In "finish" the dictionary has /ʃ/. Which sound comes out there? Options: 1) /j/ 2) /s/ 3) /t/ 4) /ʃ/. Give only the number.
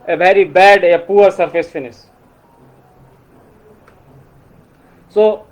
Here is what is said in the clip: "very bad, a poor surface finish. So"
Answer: 2